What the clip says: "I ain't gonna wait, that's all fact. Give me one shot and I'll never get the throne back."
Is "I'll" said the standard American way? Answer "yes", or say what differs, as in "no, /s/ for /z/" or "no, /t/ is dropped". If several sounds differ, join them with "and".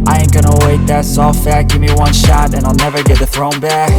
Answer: yes